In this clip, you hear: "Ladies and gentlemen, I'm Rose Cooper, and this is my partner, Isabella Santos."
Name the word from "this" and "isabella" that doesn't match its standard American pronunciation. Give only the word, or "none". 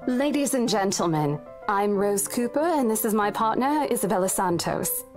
none